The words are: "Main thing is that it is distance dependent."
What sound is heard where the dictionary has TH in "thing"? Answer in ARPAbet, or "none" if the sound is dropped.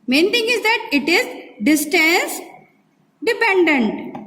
T